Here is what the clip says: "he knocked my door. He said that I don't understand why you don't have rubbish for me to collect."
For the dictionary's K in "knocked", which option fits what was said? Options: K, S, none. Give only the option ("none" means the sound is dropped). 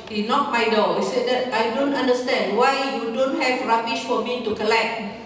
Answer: none